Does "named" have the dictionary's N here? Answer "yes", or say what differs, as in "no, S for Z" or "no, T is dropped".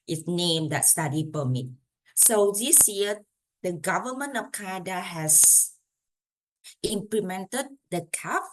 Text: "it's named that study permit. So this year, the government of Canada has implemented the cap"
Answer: yes